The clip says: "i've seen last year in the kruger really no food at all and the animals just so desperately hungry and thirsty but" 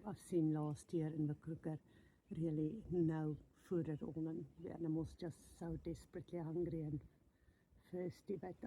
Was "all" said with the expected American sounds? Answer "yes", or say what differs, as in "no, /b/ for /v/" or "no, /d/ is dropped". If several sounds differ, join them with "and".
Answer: no, /n/ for /l/